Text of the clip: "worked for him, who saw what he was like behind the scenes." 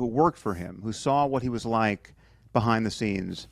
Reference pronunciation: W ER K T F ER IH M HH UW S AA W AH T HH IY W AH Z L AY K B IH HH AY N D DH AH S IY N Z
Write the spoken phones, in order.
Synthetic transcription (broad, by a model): W ER K T F ER IH M HH UW S AA W AH T HH IY W AH Z L AY K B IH HH AY N DH AH S IY N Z